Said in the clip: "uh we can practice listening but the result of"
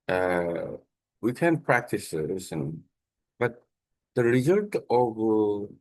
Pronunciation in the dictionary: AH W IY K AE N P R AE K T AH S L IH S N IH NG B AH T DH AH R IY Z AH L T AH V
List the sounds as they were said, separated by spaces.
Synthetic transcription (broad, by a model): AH W IY K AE N P R AE K T AH S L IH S IH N B AH T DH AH R IY Z AH L T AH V